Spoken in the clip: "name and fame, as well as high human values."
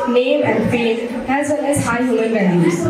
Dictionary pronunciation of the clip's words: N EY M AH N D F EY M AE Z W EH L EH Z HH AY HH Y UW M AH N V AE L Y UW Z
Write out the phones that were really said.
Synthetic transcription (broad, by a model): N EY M AH N D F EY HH AE Z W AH N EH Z HH AY HH Y UW M AH N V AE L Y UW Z